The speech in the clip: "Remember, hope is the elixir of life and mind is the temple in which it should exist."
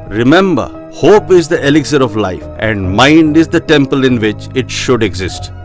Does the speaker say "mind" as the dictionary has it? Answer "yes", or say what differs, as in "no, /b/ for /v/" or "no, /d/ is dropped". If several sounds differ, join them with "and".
yes